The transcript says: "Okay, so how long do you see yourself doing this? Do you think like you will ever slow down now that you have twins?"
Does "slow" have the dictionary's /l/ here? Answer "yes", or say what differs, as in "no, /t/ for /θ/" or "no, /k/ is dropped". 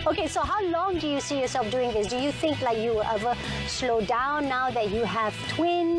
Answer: yes